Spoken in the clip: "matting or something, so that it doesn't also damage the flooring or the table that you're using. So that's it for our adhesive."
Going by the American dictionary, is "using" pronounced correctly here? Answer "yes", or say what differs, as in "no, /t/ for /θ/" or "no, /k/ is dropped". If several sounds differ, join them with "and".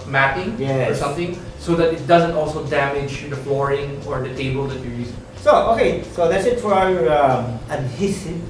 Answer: no, /s/ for /z/